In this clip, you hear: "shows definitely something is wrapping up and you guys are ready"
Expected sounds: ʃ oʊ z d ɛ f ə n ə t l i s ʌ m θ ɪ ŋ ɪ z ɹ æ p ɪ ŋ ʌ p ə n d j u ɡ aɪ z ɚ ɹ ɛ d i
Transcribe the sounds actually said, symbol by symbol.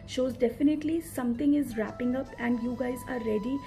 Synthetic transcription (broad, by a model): ʃ oʊ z d ɛ f ə n ə t l i s ʌ m t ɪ ŋ ɪ z ɹ æ p ɪ ŋ ʌ p ə n d j u ɡ aɪ z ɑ ɹ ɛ d i